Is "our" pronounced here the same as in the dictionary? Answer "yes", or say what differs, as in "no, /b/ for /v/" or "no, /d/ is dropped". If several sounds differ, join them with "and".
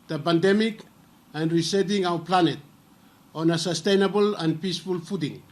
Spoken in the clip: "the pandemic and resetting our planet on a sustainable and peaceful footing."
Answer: no, /w/ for /ɹ/